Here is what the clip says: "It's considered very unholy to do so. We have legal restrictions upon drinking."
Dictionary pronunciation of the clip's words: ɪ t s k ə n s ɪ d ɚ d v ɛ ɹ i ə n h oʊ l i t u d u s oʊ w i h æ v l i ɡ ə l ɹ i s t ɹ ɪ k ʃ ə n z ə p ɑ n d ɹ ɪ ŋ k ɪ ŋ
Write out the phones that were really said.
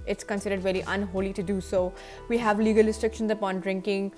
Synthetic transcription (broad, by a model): ɪ t s k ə n s ɪ d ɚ d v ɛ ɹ i ə n h oʊ l i t u d u s oʊ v i h æ v l i ɡ ə l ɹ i s t ɹ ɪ k ʃ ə n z ə p ɑ n d ɹ ɪ ŋ k ɪ ŋ